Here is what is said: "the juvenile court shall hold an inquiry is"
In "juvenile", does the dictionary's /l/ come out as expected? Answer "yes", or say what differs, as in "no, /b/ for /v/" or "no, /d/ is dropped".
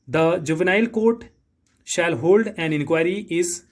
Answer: yes